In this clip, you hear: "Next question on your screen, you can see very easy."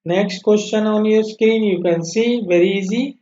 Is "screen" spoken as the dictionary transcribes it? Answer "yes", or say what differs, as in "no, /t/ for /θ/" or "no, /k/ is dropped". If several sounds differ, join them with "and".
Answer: yes